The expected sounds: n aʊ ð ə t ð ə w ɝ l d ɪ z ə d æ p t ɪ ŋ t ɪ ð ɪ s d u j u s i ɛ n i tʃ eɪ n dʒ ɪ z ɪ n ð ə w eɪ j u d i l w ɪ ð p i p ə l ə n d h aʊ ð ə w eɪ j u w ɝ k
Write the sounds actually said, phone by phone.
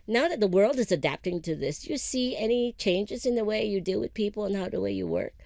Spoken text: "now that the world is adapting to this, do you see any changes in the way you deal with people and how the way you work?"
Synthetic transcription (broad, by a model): n aʊ ð ə t ð ə w ɝ l d ɪ z ə d æ p t ɪ ŋ t ɪ ð ɪ s j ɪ s i ɛ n i tʃ eɪ n dʒ ɪ z ɪ n ð ə w eɪ j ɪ d i l w ɪ ð p i p l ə n h aʊ ð ə w eɪ j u w ɝ k